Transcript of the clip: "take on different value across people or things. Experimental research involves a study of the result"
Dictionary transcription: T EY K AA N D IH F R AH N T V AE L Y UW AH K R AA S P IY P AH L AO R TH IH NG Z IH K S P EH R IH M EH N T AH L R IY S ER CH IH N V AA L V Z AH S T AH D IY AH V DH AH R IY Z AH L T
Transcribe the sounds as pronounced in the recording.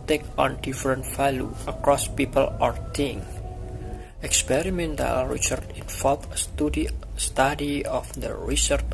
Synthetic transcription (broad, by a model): T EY K AA N D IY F R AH N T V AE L Y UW AH K R AA S P IY P AH L AO R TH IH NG IH K S P EH R IH M EH N T AH L R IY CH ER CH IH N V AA L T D AH S T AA D IY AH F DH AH R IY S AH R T